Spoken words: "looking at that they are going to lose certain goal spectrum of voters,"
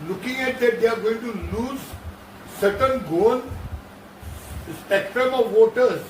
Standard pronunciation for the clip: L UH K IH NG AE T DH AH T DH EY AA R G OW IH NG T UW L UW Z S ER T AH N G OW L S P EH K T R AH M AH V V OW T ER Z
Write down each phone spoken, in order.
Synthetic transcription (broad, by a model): L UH K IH NG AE T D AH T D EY AA R G OW IH NG T UW L UW Z S ER T AH N G OW N S P EH K T R AH M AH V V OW T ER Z